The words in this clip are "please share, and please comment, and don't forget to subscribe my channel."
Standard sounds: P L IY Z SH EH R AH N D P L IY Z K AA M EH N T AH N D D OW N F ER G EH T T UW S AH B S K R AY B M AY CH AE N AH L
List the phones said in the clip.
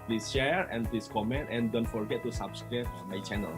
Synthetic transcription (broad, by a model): P L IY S SH EH R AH N P L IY S K AA M EH N T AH N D D OW N F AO G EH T T UW S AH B S K R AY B M AY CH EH N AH L